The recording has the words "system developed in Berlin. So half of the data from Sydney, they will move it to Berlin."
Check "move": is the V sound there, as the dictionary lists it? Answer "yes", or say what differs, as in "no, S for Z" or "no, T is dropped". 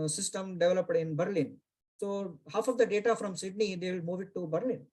yes